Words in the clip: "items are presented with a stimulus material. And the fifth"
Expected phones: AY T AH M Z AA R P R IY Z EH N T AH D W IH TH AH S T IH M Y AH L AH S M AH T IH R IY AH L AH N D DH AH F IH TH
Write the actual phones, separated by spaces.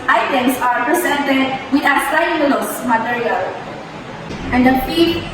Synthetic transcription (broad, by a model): AY T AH M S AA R P R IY S EH N T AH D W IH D AH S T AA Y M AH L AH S M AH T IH R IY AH L AH N D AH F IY